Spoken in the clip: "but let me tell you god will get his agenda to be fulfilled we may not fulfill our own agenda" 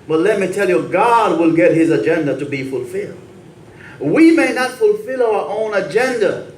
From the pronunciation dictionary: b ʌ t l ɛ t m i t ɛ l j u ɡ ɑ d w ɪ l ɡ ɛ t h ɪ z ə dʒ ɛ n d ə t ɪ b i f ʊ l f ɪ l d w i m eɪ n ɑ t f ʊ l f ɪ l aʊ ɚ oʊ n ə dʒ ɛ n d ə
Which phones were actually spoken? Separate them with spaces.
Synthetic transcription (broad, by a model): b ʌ t l ɛ t m i t ɛ l j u ɡ ɑ d w ɪ l ɡ ɛ t h ɪ z ə dʒ ɛ n d ə t ɪ b i f ʊ l f ɪ l d w i m eɪ n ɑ t f ʊ l f ɪ l aʊ ɚ oʊ n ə dʒ ɛ n d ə